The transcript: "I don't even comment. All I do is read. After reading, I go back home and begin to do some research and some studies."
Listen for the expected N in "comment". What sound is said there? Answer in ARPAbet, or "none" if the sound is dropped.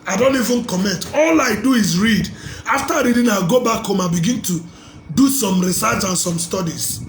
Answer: N